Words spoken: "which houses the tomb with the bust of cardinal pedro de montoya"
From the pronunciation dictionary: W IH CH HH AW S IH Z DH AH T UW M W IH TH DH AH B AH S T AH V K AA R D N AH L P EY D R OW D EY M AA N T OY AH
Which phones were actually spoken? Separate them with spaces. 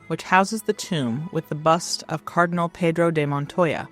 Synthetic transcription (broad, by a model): W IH CH HH AW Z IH Z DH AH T UW M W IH DH AH B AH S T AH V K AA R D N L P EY D R OW D EY M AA N T OY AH